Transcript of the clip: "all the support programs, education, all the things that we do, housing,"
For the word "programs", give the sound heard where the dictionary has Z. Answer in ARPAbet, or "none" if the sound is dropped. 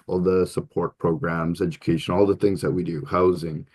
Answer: Z